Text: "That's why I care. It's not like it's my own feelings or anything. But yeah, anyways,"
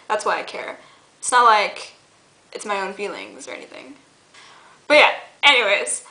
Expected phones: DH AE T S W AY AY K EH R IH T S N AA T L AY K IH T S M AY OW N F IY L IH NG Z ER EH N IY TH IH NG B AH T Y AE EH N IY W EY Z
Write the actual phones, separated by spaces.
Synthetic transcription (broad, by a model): DH AE T S W AY AY K EH R IH T S N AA T L AY K IH T S M AY OW N F IY L IH NG Z ER EH N IY TH IH NG B AH T Y AE EH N IY W EY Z